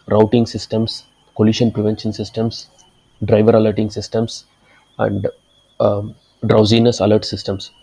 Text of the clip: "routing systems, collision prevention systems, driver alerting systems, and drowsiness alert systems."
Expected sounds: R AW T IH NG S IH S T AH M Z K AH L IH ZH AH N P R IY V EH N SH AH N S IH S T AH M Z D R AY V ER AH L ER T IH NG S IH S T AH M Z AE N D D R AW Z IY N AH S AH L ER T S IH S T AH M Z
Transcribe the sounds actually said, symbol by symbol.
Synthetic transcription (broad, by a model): R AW T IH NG S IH S T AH M S K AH L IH SH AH N P R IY V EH N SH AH N S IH S T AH M S D R AY V ER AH L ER T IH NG S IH S T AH M S AE N D D R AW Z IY N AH S AH L ER T S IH S T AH M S